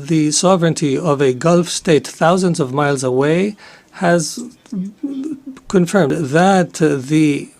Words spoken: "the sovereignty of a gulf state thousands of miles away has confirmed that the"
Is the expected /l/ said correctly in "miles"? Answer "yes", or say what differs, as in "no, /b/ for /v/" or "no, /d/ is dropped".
yes